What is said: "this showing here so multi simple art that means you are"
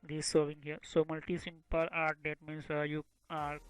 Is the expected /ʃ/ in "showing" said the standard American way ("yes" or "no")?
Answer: no